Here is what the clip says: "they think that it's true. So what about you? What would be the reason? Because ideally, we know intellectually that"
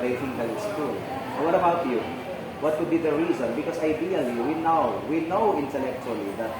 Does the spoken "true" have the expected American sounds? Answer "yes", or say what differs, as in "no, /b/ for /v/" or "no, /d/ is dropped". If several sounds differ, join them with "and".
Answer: no, /ɹ/ is dropped